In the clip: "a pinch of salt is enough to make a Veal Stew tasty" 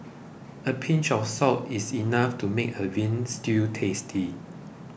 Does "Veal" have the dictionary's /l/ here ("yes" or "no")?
no